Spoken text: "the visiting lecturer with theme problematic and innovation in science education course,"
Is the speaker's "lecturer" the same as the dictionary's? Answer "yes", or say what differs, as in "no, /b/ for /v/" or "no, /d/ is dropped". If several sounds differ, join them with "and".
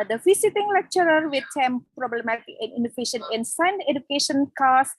yes